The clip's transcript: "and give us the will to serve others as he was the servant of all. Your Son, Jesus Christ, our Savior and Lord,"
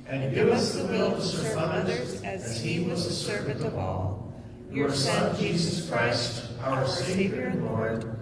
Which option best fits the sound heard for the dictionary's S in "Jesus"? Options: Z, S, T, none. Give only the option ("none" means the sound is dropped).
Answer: S